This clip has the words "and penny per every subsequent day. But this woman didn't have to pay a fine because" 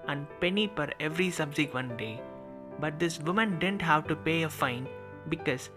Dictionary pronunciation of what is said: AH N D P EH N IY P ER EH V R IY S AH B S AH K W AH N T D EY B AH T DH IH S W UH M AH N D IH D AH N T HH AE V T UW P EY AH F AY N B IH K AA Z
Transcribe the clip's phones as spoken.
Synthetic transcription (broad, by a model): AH N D P EH N IY F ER EH V R IY S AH B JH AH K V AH N D EY B AH T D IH S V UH M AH N D IH D AH N T HH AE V T UW P EY AH F AY N B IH K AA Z